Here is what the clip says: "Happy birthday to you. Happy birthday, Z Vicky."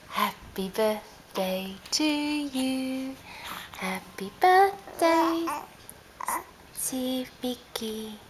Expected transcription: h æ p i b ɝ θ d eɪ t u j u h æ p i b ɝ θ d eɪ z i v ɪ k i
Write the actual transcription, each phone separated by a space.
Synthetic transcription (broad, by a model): h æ p i b ɝ θ d eɪ t u j u h æ p i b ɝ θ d eɪ s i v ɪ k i